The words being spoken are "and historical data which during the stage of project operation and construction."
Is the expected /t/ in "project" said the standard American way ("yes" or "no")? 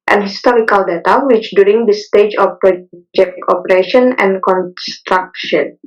no